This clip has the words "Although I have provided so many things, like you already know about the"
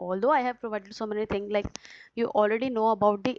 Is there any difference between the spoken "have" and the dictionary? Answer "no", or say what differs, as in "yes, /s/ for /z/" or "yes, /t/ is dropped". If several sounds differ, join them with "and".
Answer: no